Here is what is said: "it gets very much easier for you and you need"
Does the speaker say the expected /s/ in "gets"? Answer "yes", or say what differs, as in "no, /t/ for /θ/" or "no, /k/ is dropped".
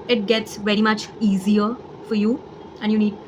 yes